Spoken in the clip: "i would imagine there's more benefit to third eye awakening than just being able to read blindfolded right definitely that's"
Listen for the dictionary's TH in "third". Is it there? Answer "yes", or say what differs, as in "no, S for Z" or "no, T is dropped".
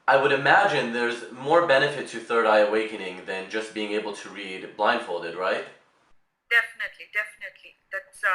yes